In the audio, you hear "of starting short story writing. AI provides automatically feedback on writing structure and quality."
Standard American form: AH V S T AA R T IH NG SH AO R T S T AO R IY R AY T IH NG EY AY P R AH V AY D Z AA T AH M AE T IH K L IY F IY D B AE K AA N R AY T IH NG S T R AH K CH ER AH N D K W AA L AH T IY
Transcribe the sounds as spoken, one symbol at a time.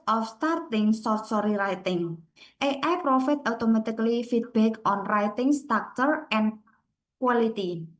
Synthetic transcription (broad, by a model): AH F S T AA R T IH NG S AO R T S AO R IY R AY T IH NG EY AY P R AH F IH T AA T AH M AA T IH K L IY F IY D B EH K AA N R AY T IH NG S T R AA K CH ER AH N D K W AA L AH T IY